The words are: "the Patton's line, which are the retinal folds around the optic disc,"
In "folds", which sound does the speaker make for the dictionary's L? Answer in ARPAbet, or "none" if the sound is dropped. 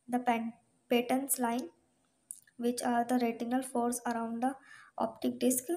none